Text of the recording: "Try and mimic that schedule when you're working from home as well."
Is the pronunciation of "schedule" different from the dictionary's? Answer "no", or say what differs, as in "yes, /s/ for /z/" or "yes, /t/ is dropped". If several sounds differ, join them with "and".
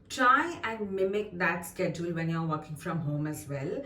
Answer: no